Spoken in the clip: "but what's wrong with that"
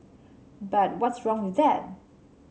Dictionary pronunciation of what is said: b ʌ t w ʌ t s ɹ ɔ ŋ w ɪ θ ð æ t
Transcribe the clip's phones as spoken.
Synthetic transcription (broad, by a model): b ʌ t w ʌ t s ɹ ɔ ŋ w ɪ ð æ t